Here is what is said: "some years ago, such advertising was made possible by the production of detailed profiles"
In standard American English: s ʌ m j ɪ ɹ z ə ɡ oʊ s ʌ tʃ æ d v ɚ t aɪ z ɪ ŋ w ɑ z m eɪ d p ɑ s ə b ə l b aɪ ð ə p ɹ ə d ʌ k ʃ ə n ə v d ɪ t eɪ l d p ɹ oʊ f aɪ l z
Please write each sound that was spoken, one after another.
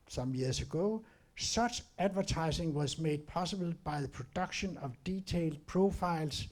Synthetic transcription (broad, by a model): s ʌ m j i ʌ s ə ɡ oʊ s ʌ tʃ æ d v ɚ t aɪ s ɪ ŋ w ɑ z m eɪ d p ɑ s ə b ə l b aɪ ð ə p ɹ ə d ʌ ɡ ʃ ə n ə v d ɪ s eɪ l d p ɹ oʊ f aɪ l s